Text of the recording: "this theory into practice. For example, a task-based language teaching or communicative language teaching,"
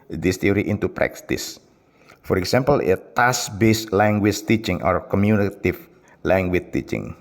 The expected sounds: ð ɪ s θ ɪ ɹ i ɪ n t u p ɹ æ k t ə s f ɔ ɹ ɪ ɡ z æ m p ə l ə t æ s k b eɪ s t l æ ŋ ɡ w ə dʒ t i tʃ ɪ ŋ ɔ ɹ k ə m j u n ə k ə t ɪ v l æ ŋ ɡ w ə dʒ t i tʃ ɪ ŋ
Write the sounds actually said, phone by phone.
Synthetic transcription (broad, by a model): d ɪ s t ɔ ɹ i ɪ n t u p ɹ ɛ k t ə s f ɔ ɹ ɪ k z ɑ m p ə l ə t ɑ s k b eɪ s l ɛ ŋ ɡ w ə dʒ t i tʃ ɪ ŋ ɔ ɹ k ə m j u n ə t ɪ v l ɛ ŋ ɡ w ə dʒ t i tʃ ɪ ŋ